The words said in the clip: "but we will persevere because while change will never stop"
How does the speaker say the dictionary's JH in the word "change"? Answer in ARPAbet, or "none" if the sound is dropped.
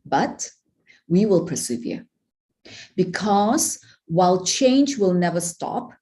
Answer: JH